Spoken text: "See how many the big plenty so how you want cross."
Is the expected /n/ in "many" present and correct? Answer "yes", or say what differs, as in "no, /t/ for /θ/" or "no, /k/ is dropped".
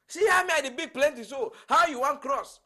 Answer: no, /n/ is dropped